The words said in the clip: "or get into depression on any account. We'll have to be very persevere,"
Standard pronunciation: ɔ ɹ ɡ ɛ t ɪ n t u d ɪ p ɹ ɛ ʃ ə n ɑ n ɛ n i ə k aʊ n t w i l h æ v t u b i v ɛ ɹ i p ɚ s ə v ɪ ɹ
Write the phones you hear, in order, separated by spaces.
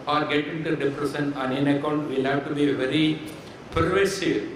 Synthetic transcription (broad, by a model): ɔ ɹ ɡ ɛ t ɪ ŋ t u d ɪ f ɹ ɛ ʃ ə n ɑ n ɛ n ə k aʊ n t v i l h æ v t u b i v ɛ ɹ i p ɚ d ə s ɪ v